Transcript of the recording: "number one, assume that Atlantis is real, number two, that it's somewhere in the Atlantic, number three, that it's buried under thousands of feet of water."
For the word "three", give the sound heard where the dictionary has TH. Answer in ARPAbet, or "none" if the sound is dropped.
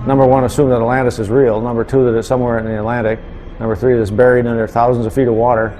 TH